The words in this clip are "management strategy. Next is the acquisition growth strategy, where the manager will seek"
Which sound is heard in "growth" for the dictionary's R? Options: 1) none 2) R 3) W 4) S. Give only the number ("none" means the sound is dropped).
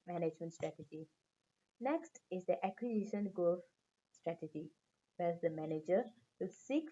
1